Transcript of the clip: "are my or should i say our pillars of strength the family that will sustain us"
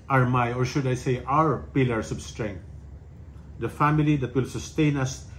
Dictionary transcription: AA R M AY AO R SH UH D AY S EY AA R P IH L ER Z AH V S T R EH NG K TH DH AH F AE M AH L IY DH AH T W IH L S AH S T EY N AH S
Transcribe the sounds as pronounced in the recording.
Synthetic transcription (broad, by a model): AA R M AY AO R SH UH D AY S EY AA R P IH L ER S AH B S T R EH NG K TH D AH F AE M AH L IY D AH T W IH L S AH S T EY N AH S